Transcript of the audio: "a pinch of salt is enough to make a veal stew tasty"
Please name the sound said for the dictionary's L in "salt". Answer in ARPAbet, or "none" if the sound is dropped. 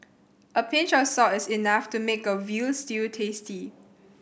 none